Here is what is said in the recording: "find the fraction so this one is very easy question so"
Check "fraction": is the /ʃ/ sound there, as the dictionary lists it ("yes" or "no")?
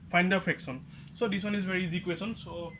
no